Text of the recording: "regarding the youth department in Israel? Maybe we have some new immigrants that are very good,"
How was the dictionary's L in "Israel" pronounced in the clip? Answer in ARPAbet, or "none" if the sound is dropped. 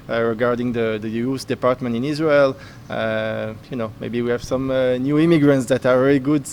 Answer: N